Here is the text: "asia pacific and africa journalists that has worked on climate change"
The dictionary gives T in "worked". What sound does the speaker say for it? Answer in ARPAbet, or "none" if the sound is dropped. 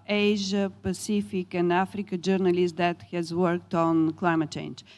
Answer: T